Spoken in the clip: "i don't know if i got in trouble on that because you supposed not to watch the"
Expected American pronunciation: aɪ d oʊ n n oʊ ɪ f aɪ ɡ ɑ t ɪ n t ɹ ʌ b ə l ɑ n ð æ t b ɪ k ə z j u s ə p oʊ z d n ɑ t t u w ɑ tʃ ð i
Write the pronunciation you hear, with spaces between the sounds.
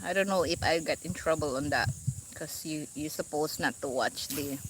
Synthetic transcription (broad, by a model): aɪ d oʊ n n oʊ ɪ f aɪ ɡ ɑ t ɪ n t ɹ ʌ b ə l ɑ n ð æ t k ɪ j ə j u s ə p oʊ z n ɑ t t u w ɑ tʃ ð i